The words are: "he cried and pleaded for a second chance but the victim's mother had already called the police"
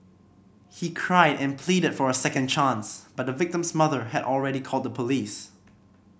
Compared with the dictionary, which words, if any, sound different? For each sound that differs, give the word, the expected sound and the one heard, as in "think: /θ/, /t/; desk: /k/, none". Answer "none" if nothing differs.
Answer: none